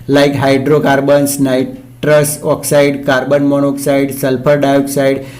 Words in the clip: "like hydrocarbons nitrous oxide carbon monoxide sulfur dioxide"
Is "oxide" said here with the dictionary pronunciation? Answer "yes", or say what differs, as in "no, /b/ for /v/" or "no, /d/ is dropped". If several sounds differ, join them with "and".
yes